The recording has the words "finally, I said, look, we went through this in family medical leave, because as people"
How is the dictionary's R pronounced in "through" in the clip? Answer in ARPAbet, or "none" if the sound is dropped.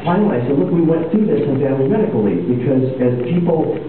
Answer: none